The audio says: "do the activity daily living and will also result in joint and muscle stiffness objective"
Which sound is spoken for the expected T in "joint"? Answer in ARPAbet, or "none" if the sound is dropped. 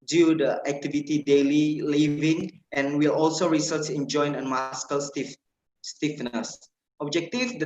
none